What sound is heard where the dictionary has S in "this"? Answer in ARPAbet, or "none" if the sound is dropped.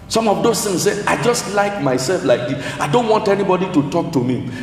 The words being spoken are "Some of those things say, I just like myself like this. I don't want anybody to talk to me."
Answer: none